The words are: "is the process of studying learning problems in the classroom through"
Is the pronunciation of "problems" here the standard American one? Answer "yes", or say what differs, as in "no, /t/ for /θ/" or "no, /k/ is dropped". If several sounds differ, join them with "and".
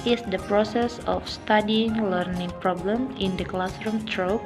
no, /z/ is dropped